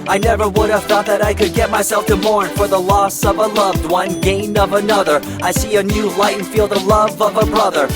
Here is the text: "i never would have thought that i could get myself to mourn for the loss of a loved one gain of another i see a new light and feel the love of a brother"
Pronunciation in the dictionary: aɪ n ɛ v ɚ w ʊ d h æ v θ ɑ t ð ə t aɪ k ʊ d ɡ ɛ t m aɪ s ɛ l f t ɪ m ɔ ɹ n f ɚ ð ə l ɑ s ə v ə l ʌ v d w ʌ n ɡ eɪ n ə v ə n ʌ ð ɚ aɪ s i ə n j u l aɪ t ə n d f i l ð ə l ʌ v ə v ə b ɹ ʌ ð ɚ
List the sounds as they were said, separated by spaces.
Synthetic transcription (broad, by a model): aɪ n ɛ v ɚ w ʊ d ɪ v θ ɑ t ð ə t aɪ k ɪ d ɡ ɛ t m aɪ s ɛ l f t ɪ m ɔ ɹ n f ɚ ð ə l ɑ s ə v ə l ʌ v d w ʌ n ɡ eɪ n ə v ə n ʌ ð ɚ aɪ s i ə n j u l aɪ ə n f i l ð ə l ʌ v ə v ə b ɹ ʌ ð ɚ